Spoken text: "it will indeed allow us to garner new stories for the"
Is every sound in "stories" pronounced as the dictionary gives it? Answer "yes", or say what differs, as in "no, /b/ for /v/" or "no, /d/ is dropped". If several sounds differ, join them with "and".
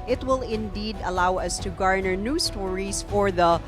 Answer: no, /s/ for /z/